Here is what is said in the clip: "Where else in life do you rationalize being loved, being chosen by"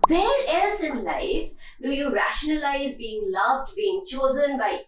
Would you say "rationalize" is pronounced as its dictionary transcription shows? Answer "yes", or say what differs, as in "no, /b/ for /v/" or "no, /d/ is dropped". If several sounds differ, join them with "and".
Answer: yes